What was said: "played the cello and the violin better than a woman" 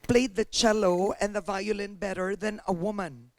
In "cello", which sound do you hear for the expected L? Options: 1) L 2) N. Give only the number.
1